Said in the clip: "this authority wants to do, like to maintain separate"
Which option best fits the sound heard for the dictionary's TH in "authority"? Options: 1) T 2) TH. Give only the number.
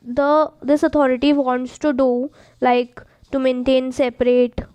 1